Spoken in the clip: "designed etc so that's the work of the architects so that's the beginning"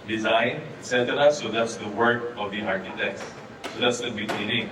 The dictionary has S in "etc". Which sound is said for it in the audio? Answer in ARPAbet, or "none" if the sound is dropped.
none